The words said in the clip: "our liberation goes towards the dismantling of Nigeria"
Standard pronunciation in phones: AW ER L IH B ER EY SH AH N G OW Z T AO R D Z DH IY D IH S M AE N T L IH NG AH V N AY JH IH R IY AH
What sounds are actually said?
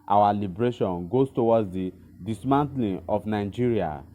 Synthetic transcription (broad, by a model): AW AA L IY B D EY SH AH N G OW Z T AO W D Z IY D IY S M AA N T L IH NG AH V N AY JH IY R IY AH